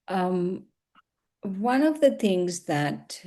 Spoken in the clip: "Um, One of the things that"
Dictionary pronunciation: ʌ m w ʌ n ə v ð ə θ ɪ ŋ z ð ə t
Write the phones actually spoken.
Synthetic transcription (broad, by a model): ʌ m w ʌ n ə v ð ə θ ɪ ŋ z ð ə t